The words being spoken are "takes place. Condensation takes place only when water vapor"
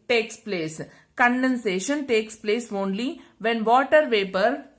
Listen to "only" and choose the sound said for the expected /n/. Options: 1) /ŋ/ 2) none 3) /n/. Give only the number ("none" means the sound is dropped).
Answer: 3